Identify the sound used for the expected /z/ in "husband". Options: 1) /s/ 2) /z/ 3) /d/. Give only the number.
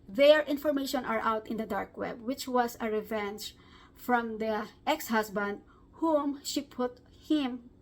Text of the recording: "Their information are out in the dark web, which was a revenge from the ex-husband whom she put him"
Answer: 1